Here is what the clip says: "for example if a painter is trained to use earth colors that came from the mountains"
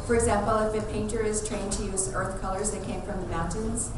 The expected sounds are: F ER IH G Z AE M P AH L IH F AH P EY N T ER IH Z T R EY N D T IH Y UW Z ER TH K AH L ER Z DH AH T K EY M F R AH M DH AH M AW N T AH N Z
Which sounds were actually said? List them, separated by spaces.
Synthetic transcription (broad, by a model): F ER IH G Z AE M P L IH F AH P EY N T ER IH Z T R EY N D T IH Y UW Z ER TH K AH L ER Z DH AH T K EY M F R AH M DH AH M AW N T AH N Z